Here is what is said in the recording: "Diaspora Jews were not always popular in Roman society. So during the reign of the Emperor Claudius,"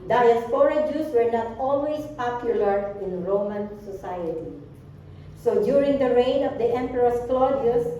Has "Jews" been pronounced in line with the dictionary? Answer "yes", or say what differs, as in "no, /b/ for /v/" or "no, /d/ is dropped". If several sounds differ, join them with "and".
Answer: no, /s/ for /z/